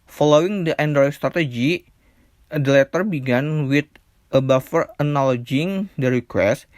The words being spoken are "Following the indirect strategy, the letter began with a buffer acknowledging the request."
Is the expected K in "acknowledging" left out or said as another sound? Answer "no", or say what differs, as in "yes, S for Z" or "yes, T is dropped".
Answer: yes, K is dropped